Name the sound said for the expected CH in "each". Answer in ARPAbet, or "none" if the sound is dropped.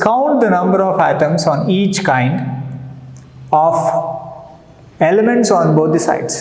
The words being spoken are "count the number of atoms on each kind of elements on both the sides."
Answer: CH